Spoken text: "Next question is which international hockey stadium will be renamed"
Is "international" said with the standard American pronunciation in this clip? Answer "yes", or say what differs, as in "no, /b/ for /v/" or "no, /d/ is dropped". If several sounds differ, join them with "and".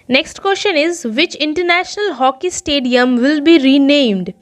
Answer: yes